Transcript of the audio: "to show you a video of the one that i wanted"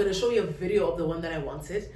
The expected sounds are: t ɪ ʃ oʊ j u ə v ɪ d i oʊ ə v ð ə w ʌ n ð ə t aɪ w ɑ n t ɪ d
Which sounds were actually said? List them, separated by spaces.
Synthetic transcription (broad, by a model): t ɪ ʃ oʊ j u ə v ɪ d i oʊ ə v ð ə w ʌ n ð ə t aɪ w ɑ n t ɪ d